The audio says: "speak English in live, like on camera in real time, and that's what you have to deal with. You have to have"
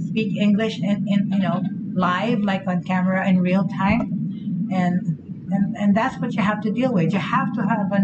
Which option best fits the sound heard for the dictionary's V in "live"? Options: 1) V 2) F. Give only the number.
1